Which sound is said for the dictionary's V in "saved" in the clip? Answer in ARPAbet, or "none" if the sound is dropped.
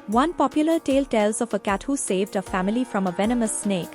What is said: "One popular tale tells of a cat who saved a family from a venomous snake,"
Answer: V